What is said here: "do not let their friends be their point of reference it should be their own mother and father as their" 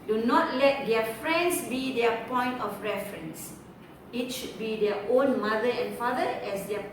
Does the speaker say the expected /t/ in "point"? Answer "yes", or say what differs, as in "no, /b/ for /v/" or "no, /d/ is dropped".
yes